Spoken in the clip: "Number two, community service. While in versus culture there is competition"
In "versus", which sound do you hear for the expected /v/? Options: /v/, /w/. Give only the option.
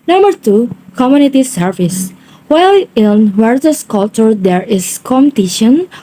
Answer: /w/